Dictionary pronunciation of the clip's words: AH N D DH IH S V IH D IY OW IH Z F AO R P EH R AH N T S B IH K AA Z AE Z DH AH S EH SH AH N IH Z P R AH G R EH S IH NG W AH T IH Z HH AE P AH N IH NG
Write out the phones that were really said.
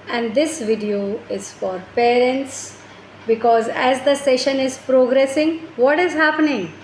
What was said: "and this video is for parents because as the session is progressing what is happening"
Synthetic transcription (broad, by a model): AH N D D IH S V IH D IY OW IH Z F AO R P EH R AH N T S B IH K AA Z AE Z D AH S EH SH AH N IH Z P R AH G R EH S IH NG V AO T IH Z HH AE P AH N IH NG